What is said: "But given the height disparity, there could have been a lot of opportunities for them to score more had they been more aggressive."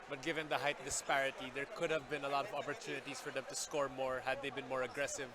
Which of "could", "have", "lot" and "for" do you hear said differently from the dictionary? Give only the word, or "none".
none